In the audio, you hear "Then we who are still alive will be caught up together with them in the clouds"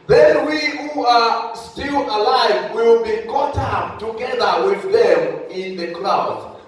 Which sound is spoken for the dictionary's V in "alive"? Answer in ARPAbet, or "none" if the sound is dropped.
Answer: V